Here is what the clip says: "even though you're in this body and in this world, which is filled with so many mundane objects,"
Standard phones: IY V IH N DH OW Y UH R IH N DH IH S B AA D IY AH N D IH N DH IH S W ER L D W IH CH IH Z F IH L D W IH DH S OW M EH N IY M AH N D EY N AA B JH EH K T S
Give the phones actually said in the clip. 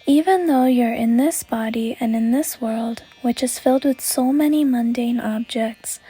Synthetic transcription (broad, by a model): IY V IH N DH OW Y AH R IH N DH IH S B AA D IY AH N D IH N DH IH S W ER L D W IH CH IH Z F IH L D W IH DH S OW M EH N IY M AH N D EY N AA B JH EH K T S